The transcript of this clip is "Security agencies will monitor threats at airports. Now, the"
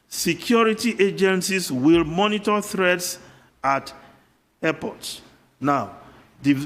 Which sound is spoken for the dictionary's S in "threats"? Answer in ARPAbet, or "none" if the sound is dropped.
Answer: S